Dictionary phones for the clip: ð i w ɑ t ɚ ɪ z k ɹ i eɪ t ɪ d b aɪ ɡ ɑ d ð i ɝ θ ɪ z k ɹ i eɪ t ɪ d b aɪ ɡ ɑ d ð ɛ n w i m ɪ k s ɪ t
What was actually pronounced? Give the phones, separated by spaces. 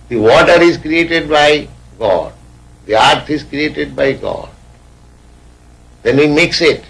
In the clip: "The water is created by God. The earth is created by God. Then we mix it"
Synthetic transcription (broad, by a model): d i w ɑ t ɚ ɪ z k ɹ i eɪ t ɪ d b aɪ ɡ ɑ d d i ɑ t ɪ z k ɹ i eɪ t ɪ d b aɪ ɡ ɑ d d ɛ n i m ɪ k s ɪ t